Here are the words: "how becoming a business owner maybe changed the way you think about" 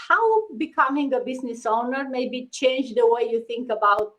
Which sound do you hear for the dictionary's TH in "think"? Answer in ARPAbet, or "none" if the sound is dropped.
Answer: T